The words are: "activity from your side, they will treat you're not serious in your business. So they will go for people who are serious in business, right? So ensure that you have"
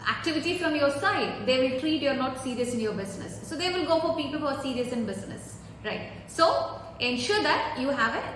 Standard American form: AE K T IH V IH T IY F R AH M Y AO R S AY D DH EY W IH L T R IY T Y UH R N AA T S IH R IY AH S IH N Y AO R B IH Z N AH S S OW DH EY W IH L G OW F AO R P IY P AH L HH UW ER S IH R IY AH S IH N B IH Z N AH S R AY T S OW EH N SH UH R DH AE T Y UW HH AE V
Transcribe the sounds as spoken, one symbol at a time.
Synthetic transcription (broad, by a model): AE K T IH V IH T IY F R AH M Y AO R S AY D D EY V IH L T R IY T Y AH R N AA T S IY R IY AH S IH N Y AO R B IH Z N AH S S OW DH EY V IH L G OW F AO R P IY P AH L HH UW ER S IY R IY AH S IH N B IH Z N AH S R AY T S OW EH N SH UH R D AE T Y UW HH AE V